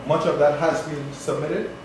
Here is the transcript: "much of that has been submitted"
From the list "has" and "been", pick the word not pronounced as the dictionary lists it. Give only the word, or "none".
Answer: none